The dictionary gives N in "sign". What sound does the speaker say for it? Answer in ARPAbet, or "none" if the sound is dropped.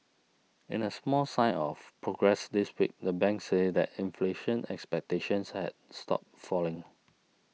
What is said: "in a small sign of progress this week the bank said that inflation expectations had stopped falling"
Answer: none